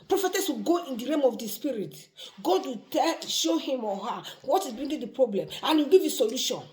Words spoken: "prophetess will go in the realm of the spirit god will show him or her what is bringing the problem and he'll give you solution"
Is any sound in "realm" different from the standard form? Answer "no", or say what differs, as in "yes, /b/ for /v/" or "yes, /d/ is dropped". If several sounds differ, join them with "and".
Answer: yes, /l/ is dropped